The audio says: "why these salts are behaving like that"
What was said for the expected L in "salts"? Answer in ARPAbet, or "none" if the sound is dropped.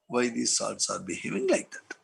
none